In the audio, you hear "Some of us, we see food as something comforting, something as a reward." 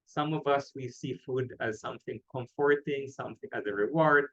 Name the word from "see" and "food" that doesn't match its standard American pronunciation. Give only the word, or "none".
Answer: none